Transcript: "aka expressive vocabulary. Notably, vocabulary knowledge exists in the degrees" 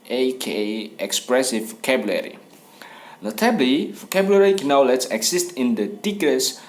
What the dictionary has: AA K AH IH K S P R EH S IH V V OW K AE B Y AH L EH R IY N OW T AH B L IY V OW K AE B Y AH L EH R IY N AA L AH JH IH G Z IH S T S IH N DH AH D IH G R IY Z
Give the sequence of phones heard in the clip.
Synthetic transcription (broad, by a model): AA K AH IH K S P R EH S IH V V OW K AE B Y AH L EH R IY N OW T AH B L IY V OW K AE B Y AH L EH R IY N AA L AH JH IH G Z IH S T IH N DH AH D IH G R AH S